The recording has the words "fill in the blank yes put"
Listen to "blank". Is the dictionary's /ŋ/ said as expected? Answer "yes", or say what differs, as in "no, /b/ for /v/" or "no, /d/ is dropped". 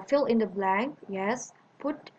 yes